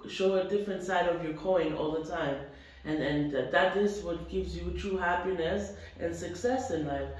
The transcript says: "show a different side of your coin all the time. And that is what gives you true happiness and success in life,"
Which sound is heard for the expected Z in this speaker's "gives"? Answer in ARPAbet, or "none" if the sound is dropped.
Z